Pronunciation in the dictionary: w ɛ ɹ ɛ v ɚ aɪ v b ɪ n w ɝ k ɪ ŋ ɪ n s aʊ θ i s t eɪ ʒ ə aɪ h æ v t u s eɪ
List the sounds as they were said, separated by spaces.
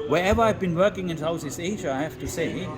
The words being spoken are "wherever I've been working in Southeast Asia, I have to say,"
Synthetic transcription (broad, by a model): w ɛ ɹ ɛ v ɚ aɪ v b ɪ n w ɝ k ɪ ŋ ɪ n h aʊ s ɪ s eɪ ʒ ə aɪ h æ f t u s eɪ